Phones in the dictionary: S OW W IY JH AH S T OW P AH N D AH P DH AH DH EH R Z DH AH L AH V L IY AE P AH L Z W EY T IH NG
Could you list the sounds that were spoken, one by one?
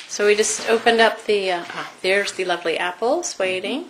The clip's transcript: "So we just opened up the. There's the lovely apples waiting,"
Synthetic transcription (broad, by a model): S OW W IY JH AH S T OW P AH N D AH P DH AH DH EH R Z DH AH L AH V L IY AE P L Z W EY T IH NG